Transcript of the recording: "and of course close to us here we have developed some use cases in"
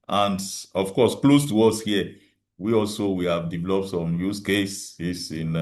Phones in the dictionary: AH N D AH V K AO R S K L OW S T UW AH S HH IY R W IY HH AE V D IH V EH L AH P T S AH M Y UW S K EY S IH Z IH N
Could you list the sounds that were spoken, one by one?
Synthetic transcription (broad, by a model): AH N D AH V K AO S K L OW S T UW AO S HH IY W W IY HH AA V D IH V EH L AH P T S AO M Y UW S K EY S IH S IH N